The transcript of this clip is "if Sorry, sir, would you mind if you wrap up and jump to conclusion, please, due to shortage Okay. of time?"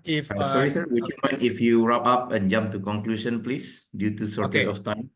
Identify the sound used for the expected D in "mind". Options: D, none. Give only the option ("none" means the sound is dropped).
none